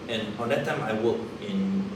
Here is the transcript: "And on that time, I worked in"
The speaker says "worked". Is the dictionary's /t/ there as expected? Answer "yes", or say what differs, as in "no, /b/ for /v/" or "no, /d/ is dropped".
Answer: no, /t/ is dropped